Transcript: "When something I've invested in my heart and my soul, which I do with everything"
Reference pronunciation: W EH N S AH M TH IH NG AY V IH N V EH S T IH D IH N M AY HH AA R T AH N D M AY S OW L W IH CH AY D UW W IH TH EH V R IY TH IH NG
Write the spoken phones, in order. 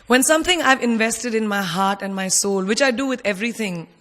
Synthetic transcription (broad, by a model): W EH N S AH M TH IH NG AY V IH N V EH S T IH D IH N M AY HH AA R T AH N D M AY S OW L W IH CH AY D UW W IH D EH V R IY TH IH NG